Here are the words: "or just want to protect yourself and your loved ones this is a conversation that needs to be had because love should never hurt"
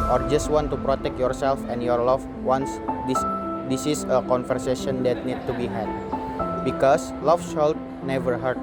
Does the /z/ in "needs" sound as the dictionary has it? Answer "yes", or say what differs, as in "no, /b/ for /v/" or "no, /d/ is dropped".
no, /z/ is dropped